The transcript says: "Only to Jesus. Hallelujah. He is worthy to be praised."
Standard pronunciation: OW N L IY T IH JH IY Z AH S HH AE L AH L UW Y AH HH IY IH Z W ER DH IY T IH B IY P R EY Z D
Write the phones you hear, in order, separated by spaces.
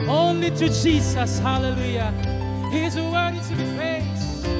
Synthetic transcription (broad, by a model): OW N L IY T IH JH IY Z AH S HH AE L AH L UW Y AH HH IY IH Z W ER IY T IH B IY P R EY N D